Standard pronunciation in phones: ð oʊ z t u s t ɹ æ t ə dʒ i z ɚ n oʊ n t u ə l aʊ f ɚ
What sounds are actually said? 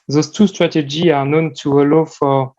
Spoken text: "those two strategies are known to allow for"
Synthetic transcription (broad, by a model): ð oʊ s t u s t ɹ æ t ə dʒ i ɚ n oʊ n t u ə l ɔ f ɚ